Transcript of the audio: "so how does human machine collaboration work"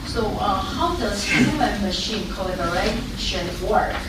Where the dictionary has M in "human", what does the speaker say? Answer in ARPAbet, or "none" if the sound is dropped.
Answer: none